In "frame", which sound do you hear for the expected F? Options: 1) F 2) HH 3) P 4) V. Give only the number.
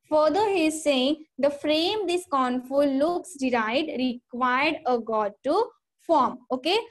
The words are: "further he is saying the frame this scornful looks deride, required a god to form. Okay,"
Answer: 1